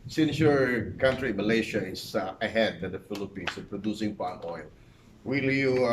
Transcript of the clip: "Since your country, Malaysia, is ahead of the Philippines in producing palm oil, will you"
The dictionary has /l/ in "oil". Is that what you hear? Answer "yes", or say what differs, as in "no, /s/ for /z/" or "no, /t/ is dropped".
yes